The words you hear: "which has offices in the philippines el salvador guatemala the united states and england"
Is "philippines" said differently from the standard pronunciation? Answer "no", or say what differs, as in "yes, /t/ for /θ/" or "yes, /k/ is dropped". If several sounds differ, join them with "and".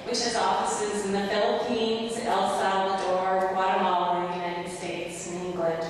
no